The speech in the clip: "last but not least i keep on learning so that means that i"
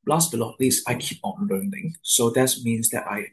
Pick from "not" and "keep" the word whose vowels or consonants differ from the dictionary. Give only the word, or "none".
not